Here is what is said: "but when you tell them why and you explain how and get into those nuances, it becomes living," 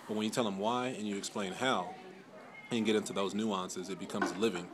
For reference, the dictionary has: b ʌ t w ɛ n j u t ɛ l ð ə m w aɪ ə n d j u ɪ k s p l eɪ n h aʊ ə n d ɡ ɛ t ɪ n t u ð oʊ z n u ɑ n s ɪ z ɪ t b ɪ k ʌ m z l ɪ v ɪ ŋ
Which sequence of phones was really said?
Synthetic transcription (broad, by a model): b ʌ t w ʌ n j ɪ t ɛ l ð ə m w aɪ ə n j ɪ k s p l eɪ n h aʊ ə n ɡ ɛ t ɪ n t u ð oʊ z n u ɑ n s ɪ z ɪ t b ɪ k ʌ m z l ɪ v ɪ ŋ